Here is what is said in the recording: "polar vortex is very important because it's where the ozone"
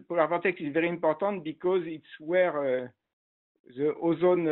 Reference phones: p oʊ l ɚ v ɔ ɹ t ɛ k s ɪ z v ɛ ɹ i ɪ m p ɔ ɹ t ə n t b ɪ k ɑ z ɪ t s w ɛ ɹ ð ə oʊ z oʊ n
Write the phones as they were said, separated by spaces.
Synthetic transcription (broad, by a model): p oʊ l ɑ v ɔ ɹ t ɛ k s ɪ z v ɛ ɹ i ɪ p ɔ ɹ t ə t b ɪ k ɑ z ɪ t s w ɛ ɹ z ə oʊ z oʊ n